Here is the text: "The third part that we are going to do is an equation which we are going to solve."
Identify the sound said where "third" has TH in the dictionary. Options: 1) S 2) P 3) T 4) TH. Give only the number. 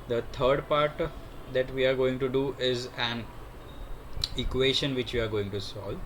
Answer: 3